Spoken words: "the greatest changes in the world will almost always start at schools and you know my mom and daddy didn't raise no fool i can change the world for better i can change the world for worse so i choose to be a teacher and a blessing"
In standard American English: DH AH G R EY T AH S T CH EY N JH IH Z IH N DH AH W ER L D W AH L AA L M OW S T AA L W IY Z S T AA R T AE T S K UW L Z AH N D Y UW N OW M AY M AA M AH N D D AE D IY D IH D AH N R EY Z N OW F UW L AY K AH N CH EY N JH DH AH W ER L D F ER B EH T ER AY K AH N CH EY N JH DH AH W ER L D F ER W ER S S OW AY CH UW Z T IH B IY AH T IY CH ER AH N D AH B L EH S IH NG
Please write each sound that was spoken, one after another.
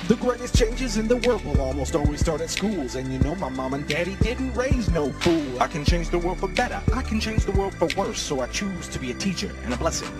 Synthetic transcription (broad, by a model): DH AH G R EY T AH S CH EY N JH IH Z IH N DH AH W ER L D W AH L AA L M OW S T AA L W IY Z S T AA R T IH T S K UW L Z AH N Y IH N OW M AY M AA M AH N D D AE D IY D IH D N R EY Z N OW F UW L AY K AH N CH EY N JH DH AH W ER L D F ER B EH T ER AY K N CH EY N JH DH AH W ER L D F ER W ER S S OW AY CH UW Z T IH B IY AH T IY CH ER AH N AH B L EH S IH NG